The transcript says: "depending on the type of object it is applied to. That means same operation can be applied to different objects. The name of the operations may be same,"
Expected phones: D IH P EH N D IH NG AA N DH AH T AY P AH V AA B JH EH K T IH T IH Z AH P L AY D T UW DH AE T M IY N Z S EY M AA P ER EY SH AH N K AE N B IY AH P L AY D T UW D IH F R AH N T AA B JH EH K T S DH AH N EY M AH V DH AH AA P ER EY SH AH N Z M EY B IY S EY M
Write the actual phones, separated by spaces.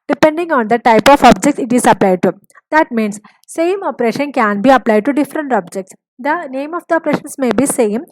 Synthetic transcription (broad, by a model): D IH P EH N D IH NG AA N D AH T AY P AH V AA B JH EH K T IH T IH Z AH P L AY D T UW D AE T M IY N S S EY M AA P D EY SH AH N K AE N B IY AH P L AY D T UW D IH F R AH N T AA B JH EH K T S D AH N EY M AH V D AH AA P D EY SH AH N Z M EY B IY S EY M